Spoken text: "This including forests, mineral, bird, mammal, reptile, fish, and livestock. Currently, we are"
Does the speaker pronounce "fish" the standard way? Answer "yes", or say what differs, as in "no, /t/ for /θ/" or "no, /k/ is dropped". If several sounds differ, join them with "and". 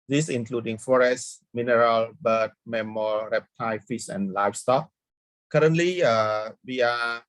no, /s/ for /ʃ/